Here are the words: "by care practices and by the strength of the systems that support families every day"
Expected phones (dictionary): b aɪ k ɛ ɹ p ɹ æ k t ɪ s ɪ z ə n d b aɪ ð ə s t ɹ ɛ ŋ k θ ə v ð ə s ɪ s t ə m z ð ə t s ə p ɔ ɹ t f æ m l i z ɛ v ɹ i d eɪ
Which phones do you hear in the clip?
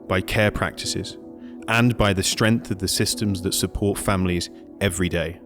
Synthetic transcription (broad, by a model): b aɪ k ɛ p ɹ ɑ k t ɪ s ɪ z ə n b aɪ ð ə s t ɹ ɛ ŋ k θ ə v ð ə s ɪ s t ə m z ð ə t s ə p ɔ t f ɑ m l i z ɛ v ɹ i d eɪ